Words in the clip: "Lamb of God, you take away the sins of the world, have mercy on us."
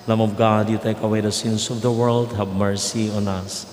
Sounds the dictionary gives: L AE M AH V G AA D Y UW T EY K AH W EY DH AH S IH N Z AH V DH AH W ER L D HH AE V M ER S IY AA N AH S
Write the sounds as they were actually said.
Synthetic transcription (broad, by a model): L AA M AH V G AA D Y UW T EY K AH W EY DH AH S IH N S AH V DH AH W ER L D HH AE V M ER S IY AA N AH S